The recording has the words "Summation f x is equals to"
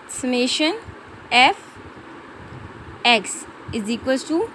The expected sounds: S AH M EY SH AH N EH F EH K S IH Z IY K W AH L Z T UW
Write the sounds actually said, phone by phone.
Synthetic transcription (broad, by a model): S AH M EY SH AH N EH F EH K S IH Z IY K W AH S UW